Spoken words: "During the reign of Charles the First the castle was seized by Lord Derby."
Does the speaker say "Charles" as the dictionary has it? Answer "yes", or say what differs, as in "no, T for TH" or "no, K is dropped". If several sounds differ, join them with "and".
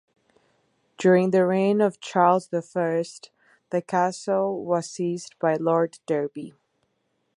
yes